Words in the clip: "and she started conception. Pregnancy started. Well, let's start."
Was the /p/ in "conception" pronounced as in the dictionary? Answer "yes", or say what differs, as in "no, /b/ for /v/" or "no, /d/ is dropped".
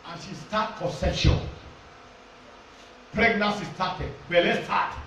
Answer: no, /p/ is dropped